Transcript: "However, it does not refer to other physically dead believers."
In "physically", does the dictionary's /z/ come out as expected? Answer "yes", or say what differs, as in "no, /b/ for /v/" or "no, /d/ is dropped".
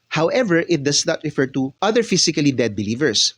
no, /s/ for /z/